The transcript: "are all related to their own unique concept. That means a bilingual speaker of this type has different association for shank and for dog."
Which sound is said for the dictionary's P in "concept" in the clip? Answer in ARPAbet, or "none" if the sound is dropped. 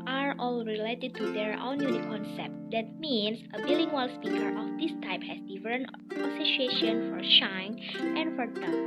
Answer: P